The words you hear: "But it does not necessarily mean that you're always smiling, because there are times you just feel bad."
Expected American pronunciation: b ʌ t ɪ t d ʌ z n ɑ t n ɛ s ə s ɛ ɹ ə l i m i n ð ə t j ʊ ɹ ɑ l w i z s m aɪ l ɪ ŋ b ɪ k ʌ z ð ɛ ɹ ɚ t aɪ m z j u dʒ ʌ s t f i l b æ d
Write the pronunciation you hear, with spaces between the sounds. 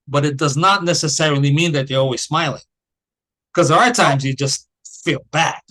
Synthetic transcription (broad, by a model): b ʌ t ɪ t d ʌ z n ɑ t n ɛ s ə s ɛ ɹ l i m i n ð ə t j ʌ ɹ ɑ l w i z s m aɪ l ɪ ŋ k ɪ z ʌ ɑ ɚ t aɪ m z j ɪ dʒ ʌ s t f i l b æ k